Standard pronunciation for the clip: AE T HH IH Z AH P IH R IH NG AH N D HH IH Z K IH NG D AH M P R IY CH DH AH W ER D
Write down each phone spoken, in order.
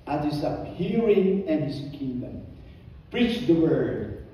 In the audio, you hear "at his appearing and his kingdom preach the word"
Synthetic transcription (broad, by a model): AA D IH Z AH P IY R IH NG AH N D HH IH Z K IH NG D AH M P R IY CH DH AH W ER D